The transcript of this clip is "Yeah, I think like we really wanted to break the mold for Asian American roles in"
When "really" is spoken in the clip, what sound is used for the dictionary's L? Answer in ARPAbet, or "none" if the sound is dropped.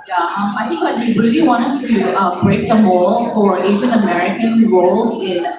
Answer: L